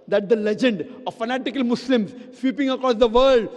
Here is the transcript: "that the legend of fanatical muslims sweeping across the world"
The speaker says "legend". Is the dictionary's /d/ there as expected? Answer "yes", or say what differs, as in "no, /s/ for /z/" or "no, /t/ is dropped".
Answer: yes